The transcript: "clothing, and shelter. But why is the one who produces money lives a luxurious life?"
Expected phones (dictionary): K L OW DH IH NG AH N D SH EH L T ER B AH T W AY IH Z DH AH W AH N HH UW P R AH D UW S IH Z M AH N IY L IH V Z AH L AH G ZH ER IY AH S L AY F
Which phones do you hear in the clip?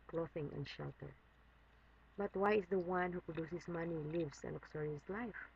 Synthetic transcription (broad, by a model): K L OW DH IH NG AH N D SH EH L T ER B AH T W AY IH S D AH W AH N HH UW P R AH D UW S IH S M AH N IY L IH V S AH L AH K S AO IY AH S L AY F